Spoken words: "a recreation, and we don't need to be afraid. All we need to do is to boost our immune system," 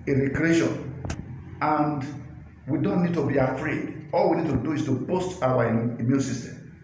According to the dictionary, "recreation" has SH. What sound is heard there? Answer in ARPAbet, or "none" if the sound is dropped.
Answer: SH